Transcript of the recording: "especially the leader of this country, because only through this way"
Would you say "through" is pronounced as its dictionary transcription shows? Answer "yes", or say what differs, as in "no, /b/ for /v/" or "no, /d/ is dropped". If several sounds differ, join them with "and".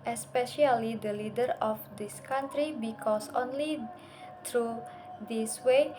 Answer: no, /t/ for /θ/